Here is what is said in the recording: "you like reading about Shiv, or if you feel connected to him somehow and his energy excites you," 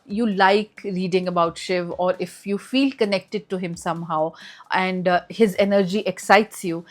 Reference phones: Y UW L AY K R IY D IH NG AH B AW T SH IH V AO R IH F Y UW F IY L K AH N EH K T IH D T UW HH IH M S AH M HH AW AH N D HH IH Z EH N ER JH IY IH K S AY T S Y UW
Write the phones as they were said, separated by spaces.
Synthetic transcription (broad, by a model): Y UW L AY K R IY D IH NG AH B AW T SH IH V AO R IH F Y UW F IY L K AH N EH K T IH D T UW HH IH M S AH M HH AW AH N D HH IH Z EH N ER JH IY IH K S AY T S Y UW